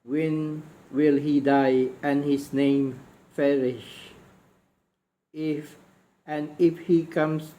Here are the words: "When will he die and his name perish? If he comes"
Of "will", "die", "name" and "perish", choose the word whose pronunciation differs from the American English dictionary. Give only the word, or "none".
perish